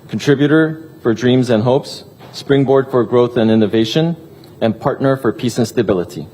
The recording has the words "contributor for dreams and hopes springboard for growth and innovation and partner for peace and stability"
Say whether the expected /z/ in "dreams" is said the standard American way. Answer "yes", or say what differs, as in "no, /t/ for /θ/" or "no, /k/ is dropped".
yes